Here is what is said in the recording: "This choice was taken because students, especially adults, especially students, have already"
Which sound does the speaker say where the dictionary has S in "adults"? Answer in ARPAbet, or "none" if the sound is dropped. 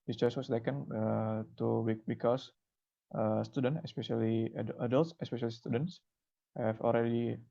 S